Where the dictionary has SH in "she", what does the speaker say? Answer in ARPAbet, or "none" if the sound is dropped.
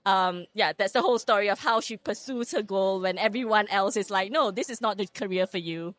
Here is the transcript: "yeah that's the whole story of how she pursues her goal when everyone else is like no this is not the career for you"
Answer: SH